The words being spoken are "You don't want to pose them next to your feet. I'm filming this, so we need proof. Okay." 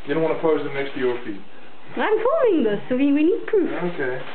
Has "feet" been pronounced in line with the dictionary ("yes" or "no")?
no